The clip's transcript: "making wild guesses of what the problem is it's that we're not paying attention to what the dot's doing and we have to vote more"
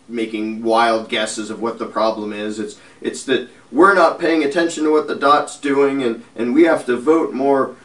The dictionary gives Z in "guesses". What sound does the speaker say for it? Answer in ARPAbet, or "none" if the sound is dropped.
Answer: Z